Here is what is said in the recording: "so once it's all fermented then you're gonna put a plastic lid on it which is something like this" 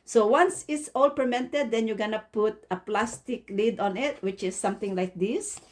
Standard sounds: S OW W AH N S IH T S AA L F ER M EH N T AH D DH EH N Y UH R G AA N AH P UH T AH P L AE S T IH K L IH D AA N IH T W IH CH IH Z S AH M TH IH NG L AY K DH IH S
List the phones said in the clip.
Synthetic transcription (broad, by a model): S OW W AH N S IH T S AA L P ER M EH N T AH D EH N Y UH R G AA N AH P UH T AH P L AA S T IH K L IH D AA N IH T W IH CH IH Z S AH M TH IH NG L AY K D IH S